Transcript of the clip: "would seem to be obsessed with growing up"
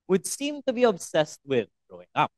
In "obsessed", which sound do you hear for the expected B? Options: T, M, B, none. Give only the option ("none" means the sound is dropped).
B